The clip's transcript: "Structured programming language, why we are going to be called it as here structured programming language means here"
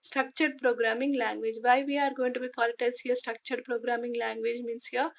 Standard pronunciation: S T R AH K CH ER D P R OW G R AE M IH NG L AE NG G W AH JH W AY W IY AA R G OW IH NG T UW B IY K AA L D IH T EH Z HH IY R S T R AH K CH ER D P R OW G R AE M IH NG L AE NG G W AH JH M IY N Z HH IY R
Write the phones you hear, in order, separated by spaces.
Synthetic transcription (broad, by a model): S T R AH K CH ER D P R OW G R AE M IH NG L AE NG G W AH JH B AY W IY AA R G OW IH NG T UW B IY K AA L IH T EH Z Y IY S T R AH K CH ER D P R OW G R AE M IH NG L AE NG G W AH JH M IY N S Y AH